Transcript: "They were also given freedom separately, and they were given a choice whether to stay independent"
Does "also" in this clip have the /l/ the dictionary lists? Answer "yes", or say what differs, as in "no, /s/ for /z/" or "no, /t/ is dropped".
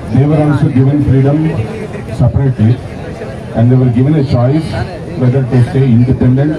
no, /n/ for /l/